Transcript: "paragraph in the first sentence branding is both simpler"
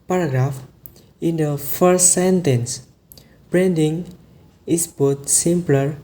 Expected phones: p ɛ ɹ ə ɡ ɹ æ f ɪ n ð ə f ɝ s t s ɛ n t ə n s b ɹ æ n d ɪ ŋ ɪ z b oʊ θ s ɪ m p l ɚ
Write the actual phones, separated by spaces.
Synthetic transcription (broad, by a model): p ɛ ɹ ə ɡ ɹ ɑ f ɪ n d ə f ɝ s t s ɛ n t ə n s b ɹ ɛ n d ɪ ŋ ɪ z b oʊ t s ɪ m p l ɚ